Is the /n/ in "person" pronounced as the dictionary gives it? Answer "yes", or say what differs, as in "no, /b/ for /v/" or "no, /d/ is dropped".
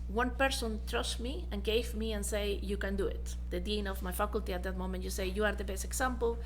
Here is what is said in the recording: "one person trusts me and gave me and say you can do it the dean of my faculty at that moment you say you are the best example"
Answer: yes